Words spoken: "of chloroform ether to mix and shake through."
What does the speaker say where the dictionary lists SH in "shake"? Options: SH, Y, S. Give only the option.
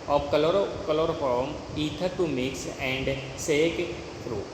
S